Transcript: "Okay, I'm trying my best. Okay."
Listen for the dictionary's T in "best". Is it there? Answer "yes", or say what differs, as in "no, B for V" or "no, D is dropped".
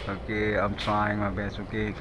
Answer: no, T is dropped